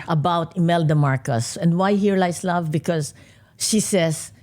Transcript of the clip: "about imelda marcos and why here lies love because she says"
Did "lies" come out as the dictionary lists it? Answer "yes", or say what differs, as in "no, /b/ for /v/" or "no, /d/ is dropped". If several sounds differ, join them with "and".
no, /s/ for /z/